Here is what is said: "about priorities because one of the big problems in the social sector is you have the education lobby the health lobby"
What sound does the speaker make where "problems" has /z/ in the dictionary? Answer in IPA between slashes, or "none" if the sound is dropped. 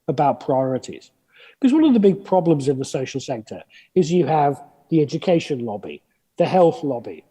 /z/